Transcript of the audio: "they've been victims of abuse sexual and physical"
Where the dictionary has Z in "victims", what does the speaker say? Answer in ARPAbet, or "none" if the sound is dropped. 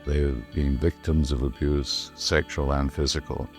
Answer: Z